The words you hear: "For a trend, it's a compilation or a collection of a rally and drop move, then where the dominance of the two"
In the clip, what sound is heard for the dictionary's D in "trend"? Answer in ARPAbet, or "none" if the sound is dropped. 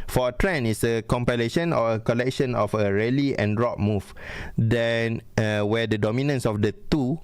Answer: none